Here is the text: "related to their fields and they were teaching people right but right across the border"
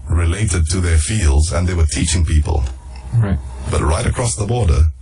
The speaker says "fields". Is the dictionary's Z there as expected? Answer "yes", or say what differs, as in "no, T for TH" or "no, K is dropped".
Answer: yes